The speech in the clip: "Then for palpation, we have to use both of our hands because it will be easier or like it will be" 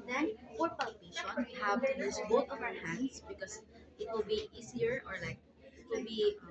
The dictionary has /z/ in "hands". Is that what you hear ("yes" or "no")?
no